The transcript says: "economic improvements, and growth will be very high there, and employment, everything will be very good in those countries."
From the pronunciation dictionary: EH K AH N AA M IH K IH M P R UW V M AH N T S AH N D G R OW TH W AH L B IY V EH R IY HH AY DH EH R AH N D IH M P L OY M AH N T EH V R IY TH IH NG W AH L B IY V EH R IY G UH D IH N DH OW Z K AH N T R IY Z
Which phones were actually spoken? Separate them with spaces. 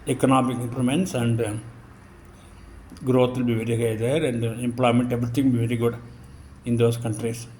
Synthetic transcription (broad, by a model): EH K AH N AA M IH K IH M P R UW M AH N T S AH N D G R OW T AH L B IY V EH R IY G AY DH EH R AH N D IH M P L OY M AH N T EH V R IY T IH NG B IY V EH R IY G UH D IH N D OW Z K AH N T R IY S